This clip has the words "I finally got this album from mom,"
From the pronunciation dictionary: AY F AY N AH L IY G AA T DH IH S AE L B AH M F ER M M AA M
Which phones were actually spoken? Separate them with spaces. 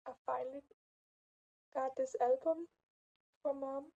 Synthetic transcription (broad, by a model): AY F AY AH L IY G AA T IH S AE L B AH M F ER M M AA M